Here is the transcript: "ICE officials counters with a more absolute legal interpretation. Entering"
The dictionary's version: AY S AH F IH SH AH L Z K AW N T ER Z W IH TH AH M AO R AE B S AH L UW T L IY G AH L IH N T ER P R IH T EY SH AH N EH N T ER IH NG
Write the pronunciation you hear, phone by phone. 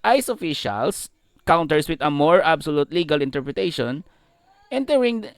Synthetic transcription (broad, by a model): AY S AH F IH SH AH L S K AW N T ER S W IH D AH M AO R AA B S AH L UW T L IY G AH L IH N T ER P R IH T EY SH AH N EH N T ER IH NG